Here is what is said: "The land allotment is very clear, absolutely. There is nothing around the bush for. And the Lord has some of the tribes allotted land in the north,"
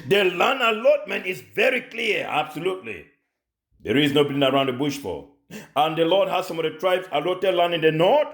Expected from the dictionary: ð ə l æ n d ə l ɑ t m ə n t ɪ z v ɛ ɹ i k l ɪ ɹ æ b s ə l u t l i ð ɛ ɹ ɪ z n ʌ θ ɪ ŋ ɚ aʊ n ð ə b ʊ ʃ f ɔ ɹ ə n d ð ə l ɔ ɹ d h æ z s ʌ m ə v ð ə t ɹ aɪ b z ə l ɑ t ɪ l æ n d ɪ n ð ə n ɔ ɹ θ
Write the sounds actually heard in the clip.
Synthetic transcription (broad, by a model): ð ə l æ n ə l ɑ t m ə n t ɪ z v ɛ ɹ i k l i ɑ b s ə l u t l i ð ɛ ɹ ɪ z n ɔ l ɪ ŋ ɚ aʊ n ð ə b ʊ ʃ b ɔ l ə n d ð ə l ɔ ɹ d h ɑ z s ʌ m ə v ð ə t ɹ aɪ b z ə l ɑ t ɪ l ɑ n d ɪ n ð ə n ɔ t